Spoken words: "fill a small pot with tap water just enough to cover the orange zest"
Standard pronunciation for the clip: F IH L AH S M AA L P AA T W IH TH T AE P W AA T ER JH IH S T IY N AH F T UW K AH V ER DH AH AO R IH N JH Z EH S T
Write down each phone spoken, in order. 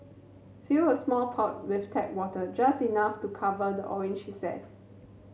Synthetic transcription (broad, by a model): F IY AH S M AA L P AA T W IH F T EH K W AA T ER JH IH S T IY N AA F T UW K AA V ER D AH AO R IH N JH S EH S